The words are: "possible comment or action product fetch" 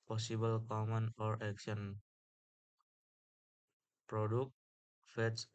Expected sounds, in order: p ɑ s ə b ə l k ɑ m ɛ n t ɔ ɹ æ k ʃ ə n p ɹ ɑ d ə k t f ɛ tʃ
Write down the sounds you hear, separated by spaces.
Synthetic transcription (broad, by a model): p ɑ s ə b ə l k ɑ m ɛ n ɔ ɹ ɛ k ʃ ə n p ɹ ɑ d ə k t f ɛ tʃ